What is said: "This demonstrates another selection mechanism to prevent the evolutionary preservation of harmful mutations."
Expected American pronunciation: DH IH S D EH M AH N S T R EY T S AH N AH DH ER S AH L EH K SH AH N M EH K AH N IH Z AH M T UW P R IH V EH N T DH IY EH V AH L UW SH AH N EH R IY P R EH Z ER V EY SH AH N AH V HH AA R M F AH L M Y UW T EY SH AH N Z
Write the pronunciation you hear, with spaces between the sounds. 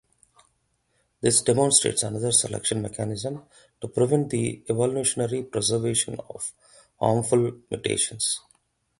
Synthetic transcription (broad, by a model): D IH S D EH M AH N S T R EY T S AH N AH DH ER S AH L EH K SH AH N M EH K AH N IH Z AH M T UW P R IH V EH N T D IY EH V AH L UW SH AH N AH R IY P R EH Z ER V EY SH AH N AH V HH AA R M F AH L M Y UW T EY SH AH N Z